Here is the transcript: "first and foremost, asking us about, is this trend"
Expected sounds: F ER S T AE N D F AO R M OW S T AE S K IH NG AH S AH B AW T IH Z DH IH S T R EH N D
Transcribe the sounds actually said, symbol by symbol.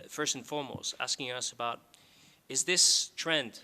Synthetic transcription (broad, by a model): F ER S T N F AO R M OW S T AE S K IH NG AH S AH B AW T IH Z DH IH S T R EH N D